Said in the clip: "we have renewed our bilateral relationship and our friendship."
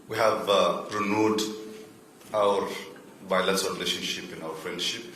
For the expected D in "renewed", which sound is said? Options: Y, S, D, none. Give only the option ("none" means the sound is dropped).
D